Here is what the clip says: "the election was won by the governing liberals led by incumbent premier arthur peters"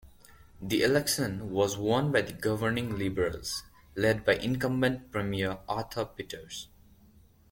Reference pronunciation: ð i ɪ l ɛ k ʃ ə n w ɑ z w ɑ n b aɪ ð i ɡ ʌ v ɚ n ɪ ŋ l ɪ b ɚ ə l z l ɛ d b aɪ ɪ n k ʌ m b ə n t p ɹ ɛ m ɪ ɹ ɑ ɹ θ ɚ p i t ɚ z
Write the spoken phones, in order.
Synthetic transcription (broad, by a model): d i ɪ l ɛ k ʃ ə n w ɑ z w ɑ n b aɪ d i ɡ ʌ v ɚ n ɪ ŋ l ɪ b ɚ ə l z l ɛ d b aɪ ɪ n k ʌ m b ə n t p ɹ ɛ m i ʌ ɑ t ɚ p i t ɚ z